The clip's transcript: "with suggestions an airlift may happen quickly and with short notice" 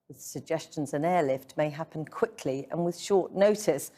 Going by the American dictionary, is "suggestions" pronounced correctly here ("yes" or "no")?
yes